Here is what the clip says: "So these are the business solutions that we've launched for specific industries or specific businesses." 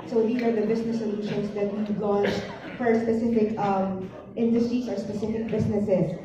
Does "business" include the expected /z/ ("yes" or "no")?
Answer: no